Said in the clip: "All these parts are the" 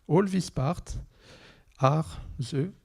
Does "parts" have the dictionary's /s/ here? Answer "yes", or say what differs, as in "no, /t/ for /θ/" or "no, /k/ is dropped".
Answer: no, /s/ is dropped